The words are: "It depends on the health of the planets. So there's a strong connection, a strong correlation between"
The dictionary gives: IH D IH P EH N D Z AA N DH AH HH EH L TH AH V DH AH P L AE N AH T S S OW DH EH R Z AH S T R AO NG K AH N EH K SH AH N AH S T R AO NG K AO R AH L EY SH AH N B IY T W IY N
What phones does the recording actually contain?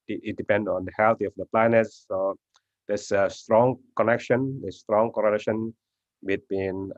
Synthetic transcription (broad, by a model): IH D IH P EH N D AA N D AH HH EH L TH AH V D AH P L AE N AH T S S OW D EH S AH S T R AO NG K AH N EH K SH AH N AH S T R AO NG K AO R AH L EY SH AH N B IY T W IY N